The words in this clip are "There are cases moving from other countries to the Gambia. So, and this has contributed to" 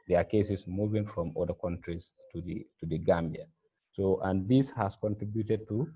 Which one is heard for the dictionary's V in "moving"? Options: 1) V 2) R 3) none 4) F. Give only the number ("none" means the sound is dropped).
1